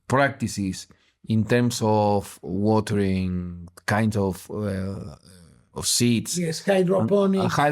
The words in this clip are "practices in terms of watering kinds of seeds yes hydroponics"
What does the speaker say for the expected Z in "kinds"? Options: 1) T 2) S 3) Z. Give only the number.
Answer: 2